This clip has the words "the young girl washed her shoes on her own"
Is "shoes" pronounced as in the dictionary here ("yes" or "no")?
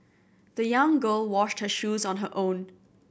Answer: yes